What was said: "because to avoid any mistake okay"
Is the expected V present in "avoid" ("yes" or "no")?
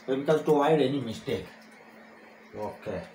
no